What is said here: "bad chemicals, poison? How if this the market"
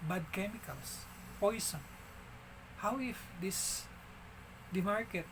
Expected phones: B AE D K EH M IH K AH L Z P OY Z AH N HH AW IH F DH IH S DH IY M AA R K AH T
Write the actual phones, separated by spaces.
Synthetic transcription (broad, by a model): B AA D K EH M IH K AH L S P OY S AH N HH AW IH F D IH S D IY M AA R K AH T